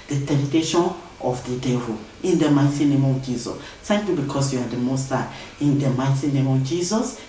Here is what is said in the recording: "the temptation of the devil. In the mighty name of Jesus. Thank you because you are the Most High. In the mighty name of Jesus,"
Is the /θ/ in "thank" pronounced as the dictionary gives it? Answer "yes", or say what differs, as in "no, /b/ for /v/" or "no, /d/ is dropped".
no, /s/ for /θ/